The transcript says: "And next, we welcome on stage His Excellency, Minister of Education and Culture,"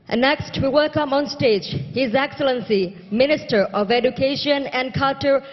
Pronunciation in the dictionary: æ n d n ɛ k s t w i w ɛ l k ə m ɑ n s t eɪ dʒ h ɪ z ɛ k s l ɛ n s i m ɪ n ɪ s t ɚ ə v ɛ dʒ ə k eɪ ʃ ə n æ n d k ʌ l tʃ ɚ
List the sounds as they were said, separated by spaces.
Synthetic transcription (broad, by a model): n n ɛ k s t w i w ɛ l k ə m ɑ n s t eɪ dʒ h ɪ z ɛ k s l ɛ n s i m ɪ n ɪ s t ɚ ə v ɛ dʒ ə k eɪ ʃ ə n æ n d k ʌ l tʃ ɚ